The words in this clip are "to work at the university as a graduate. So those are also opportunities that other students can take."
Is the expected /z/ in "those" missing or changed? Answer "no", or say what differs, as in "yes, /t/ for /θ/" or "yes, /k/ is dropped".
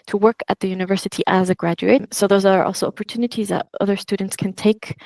no